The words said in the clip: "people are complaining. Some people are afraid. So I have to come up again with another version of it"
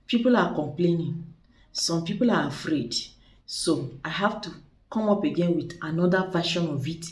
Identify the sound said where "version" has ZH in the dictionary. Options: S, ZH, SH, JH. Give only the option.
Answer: SH